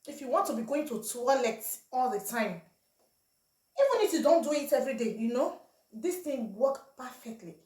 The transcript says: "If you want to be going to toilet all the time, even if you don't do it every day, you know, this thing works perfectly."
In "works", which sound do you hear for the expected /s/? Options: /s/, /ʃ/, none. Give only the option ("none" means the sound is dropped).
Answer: none